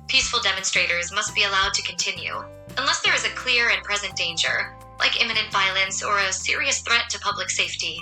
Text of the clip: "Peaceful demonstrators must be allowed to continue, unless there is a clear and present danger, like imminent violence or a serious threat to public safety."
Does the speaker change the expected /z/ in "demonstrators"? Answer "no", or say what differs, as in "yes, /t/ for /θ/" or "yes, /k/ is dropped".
no